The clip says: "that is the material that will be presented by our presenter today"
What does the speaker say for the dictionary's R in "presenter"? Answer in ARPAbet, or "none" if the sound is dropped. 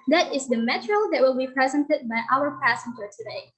none